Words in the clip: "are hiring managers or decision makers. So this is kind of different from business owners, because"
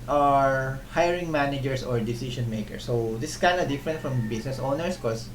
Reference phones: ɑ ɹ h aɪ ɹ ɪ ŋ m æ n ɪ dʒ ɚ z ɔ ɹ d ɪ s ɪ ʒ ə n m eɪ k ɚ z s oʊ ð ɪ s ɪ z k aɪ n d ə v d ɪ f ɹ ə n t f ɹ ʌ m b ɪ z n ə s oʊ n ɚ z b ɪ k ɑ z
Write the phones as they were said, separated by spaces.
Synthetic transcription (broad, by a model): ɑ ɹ h aɪ ɹ ɪ ŋ m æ n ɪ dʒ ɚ s ɔ ɹ d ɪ s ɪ ʃ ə n m eɪ k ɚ s oʊ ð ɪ s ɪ s k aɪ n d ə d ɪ f ɹ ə n t f ɹ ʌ m b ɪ s n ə s oʊ n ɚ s k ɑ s